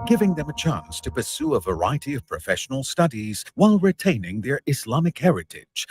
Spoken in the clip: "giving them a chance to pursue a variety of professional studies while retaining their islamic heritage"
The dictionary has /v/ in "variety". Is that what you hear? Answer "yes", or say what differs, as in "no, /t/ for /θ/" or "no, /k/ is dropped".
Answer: yes